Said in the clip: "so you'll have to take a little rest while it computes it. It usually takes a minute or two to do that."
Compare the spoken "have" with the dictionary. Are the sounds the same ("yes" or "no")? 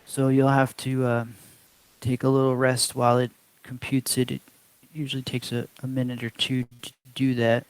no